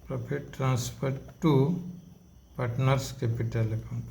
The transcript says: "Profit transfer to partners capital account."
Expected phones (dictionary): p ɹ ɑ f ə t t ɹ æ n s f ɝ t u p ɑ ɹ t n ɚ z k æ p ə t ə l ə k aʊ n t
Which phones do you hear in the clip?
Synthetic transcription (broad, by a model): p ɹ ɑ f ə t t ɹ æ n s p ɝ t u p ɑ ɹ t n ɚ s k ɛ p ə t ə l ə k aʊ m